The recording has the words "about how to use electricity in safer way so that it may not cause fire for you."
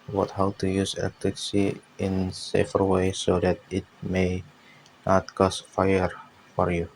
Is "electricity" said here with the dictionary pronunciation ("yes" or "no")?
no